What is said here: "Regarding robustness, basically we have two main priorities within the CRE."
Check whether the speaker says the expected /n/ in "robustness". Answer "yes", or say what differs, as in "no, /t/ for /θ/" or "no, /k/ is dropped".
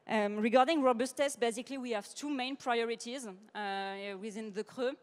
no, /n/ is dropped